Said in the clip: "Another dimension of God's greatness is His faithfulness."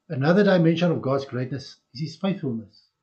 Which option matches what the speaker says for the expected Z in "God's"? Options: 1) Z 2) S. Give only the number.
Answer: 1